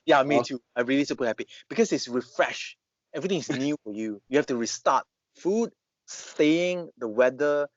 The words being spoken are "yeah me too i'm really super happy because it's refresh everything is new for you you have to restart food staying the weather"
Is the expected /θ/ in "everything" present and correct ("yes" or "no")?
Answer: no